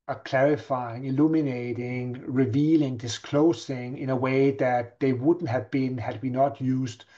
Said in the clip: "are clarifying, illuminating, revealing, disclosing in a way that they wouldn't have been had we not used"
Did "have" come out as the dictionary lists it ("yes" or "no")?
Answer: yes